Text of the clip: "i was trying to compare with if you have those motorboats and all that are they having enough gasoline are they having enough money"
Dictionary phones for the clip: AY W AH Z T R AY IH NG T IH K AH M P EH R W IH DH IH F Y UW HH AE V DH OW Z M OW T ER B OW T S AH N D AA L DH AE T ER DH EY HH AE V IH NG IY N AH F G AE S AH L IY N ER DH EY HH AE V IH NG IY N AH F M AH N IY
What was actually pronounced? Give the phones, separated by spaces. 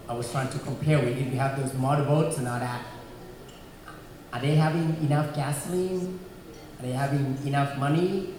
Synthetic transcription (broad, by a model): AY W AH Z T R AY IH NG T IH K AH M P EH R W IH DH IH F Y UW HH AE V DH OW Z M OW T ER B OW T S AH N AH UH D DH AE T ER DH EY HH AE V IH NG IY N AH F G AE S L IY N ER DH EY HH AE V IH NG IY N AH F M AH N IY